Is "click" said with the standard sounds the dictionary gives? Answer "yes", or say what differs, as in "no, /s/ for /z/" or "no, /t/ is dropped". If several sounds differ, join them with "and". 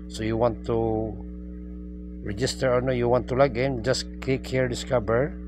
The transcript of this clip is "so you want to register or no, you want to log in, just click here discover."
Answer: no, /l/ is dropped